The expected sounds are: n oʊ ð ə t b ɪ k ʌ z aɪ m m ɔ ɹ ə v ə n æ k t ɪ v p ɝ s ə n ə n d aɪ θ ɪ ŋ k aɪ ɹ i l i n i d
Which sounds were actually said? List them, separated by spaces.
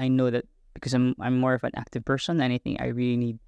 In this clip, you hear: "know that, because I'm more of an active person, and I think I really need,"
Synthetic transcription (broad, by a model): n oʊ ð ə t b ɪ k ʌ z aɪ m m ɔ ɹ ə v ə n æ k t ɪ v p ɝ s ə n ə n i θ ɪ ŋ aɪ ɹ i l i n i d